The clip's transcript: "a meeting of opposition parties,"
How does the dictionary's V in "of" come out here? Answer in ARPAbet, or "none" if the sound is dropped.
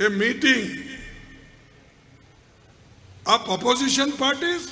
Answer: P